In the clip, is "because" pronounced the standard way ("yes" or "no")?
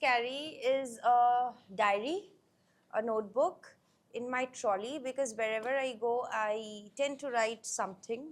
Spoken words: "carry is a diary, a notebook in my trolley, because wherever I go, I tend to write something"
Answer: yes